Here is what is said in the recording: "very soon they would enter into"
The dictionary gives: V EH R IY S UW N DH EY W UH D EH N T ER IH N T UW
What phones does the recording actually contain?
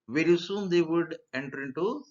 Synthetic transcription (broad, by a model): V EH R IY S UW N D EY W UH D EH N T ER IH N T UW